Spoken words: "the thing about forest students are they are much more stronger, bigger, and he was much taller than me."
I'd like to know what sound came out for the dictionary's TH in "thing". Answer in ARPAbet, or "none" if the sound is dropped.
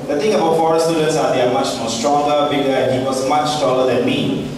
T